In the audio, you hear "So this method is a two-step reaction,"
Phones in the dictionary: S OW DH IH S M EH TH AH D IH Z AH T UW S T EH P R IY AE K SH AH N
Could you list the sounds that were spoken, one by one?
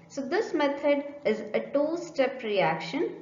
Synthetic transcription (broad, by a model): S OW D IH S M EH T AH D IH Z AH T UW S T EH P R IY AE K SH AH N